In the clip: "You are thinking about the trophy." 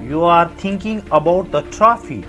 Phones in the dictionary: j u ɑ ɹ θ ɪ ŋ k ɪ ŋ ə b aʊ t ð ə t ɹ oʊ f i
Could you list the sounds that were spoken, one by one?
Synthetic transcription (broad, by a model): j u ɑ ɹ t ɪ ŋ k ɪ ŋ ə b aʊ t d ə t ɹ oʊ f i